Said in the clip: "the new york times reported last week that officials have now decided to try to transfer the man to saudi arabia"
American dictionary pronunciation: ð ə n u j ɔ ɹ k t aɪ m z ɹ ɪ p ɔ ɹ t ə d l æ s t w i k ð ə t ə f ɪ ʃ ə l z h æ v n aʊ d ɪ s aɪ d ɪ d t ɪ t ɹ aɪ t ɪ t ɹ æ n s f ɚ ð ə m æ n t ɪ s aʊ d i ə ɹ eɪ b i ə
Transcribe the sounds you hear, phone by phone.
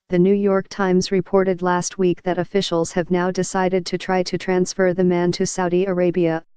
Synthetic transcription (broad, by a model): ð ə n u j ɔ ɹ k t aɪ m z ɹ ɪ p ɔ ɹ t ə d l æ s t w i k ð ə t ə f ɪ ʃ l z h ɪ v n aʊ d ɪ s aɪ d ɪ d t ɪ t ɹ aɪ t ɪ t ɹ æ n s f ɚ ð ə m æ n t ɪ s aʊ d i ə ɹ eɪ b i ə